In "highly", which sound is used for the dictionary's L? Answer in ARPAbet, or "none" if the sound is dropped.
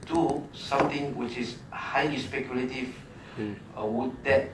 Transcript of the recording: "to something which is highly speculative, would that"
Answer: none